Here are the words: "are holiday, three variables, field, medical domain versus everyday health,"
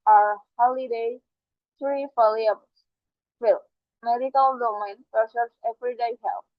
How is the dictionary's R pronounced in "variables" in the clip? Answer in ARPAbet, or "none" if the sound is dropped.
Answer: L